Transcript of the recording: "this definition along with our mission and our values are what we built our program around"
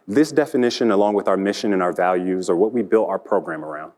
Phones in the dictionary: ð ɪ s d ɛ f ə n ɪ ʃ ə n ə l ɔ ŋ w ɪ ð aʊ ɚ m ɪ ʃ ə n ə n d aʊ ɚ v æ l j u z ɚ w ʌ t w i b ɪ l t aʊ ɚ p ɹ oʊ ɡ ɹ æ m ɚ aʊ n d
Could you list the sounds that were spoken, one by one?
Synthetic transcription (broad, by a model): ð ɪ s d ɛ f ə n ɪ ʃ ə n ə l ɔ ŋ w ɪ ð aʊ ɚ m ɪ ʃ ə n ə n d aʊ ɚ v æ l j u z ɚ w ʌ t w i b ɪ l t aʊ ɚ p ɹ oʊ ɡ ɹ æ m ɚ aʊ n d